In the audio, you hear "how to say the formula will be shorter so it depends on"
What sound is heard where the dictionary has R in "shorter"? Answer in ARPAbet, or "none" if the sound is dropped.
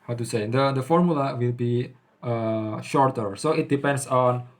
R